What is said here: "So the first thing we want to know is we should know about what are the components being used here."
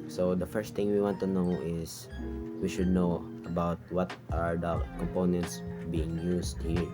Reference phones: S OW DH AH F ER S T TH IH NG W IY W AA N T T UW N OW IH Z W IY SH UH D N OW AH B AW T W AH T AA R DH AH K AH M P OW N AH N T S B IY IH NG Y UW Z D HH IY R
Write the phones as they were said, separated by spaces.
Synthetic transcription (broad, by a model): S OW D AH F ER S T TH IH NG W IY W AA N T T UW N OW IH S W IY SH UH D N OW AH B AW T W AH T AA R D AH K AH M P OW N AH N T S B IY IH NG Y UW S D HH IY R